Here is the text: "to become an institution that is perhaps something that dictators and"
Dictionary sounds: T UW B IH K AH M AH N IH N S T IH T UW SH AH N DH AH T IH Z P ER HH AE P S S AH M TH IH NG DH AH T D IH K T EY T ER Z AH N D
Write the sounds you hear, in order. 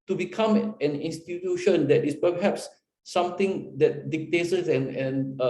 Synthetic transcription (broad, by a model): T UW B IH K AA M AH N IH N S T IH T UW SH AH N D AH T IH S P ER HH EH P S S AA M T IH NG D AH T D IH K T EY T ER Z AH N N